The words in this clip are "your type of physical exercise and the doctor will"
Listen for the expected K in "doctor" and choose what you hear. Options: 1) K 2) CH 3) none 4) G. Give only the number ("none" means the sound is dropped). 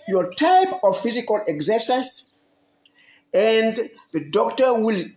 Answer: 1